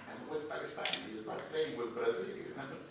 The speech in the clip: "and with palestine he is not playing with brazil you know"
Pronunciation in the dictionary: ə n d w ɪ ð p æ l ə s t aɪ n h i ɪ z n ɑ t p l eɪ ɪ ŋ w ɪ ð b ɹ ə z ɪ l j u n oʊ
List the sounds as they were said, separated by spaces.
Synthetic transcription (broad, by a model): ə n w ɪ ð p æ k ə s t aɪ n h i ɪ z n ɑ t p eɪ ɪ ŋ w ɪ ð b ɹ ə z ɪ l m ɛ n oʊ